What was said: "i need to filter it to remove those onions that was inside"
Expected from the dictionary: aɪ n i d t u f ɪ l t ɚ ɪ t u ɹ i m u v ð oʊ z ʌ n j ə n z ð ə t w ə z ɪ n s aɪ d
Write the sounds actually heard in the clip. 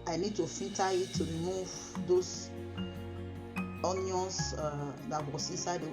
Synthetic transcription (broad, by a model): aɪ n i d t u f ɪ t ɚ ɪ t u ɹ i m u v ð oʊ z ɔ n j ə n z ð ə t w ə s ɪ s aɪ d